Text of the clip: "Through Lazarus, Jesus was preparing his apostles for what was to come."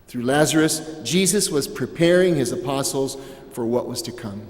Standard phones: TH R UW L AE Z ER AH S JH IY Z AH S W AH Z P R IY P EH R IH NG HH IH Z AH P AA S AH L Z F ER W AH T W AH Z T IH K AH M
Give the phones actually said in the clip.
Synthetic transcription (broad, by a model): TH R UW L AE Z ER AH S JH IY Z AH S W AH Z P R IY P EH R IH NG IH Z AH P AA S L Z F ER W AH T W AH Z T IH K AH M